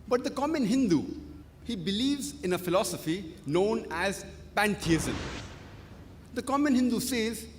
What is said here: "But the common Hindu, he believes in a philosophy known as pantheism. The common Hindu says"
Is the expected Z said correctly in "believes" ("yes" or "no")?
yes